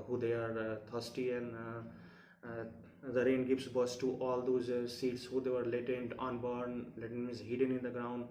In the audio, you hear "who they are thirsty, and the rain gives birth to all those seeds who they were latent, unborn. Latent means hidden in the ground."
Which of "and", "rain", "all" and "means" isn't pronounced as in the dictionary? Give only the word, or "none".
means